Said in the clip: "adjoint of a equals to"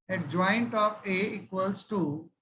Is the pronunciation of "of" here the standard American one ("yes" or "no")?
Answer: no